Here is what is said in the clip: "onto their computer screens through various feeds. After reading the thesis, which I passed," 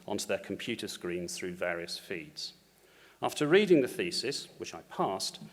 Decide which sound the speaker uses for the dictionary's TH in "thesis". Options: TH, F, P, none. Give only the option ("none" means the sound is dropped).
TH